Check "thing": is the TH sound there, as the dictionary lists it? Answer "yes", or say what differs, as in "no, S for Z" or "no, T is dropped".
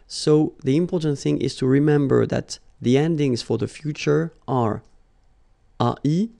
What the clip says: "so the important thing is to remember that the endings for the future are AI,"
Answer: yes